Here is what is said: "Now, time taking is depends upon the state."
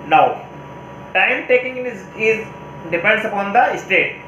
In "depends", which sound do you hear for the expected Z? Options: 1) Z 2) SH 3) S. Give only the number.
3